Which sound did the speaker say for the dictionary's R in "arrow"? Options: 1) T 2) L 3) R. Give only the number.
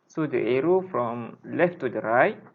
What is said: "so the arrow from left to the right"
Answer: 3